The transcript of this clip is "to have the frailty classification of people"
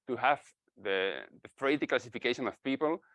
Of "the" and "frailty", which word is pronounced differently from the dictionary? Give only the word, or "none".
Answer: frailty